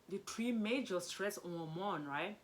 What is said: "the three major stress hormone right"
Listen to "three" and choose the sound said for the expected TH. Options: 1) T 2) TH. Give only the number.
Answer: 1